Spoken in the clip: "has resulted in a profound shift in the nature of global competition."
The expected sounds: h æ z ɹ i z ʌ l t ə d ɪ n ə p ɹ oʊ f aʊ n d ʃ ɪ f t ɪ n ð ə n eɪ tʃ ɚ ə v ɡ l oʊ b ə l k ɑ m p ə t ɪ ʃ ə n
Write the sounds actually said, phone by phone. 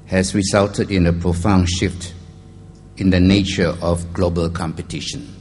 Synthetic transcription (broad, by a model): h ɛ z ɹ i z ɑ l t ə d ɪ n ə p ɹ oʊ f aʊ n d ʃ ɪ f t ɪ n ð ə n eɪ tʃ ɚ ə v ɡ l oʊ b ə l k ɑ m p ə t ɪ ʃ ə n